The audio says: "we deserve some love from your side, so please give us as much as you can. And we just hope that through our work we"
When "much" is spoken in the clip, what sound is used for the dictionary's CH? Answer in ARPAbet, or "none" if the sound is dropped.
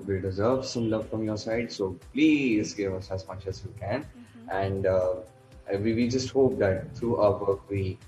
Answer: CH